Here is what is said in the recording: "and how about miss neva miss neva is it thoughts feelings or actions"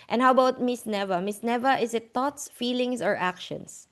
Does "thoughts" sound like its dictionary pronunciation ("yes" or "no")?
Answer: no